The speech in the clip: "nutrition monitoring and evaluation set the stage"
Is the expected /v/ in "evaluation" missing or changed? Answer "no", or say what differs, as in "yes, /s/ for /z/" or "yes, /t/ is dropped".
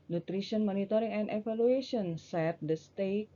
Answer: yes, /f/ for /v/